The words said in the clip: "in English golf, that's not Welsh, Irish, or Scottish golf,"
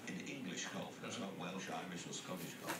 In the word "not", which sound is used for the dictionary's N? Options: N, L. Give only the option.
L